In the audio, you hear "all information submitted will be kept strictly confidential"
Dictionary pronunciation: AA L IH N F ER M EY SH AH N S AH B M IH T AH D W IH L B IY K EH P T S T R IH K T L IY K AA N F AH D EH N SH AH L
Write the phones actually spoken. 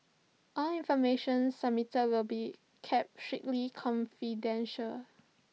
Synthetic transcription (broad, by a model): AA L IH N F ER M EY SH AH N S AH M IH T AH W IH L B IY K EH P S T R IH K L IY K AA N F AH D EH N SH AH L